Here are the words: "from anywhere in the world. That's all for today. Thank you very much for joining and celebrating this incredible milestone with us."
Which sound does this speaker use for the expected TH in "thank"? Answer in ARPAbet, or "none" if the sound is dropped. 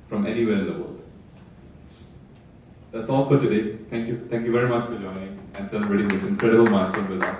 T